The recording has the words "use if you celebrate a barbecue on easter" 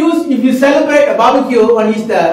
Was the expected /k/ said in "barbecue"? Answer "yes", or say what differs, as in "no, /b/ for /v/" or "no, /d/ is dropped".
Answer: no, /k/ is dropped